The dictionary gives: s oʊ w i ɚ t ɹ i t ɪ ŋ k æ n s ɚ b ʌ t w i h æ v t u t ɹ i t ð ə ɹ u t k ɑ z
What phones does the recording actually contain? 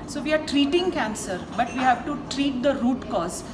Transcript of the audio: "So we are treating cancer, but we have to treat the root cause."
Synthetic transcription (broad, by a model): s oʊ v i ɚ t ɹ i t ɪ ŋ k æ n s ɚ b ʌ t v i h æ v t u t ɹ i t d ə ɹ u t k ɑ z